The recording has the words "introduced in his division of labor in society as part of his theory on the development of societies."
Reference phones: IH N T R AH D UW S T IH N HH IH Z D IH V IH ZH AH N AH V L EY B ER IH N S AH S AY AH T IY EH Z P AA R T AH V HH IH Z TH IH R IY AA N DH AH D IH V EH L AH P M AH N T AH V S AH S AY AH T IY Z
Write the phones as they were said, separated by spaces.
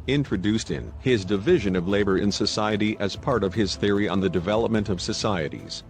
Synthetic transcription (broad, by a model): IH N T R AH D UW S T IH N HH IH Z D IH V IH ZH AH N AH V L EY B ER IH N S AH S AY AH T IY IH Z P AA R T AH V IH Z TH IH R IY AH N DH AH D IH V EH L AH P M AH N T AH V S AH S AY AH T IY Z